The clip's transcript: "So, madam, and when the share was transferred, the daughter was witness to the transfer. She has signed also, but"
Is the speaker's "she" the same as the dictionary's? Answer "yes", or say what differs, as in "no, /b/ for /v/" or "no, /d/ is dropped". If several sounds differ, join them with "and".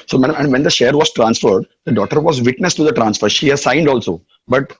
yes